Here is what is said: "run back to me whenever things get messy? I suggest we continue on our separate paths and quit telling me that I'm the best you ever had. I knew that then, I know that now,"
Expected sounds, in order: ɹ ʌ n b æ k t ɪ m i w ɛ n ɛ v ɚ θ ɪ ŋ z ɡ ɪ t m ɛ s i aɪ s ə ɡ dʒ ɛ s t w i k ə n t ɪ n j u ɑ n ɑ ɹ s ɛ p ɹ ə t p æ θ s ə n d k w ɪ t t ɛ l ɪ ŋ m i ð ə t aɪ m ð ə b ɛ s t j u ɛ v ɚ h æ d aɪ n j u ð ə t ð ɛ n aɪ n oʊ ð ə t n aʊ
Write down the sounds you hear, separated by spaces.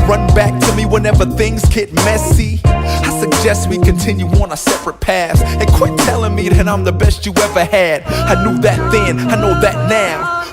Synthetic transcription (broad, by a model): ɹ ʌ n b æ k t ɪ m i w ɛ n ɛ v ɚ θ ɪ ŋ z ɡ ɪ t m ɛ s i aɪ s ə ɡ dʒ ɛ s t w i k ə n t ɪ n j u ɑ n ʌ s ɛ p ɹ ə t p æ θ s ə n k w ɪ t t ɛ l ɪ ŋ m i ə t aɪ m ð ə b ɛ s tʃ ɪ ɛ v ɚ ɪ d aɪ n j u ð ə t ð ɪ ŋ aɪ n oʊ ð ə t n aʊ